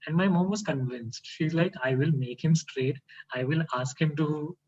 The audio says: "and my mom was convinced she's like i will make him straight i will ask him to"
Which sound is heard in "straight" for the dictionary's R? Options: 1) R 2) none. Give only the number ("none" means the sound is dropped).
1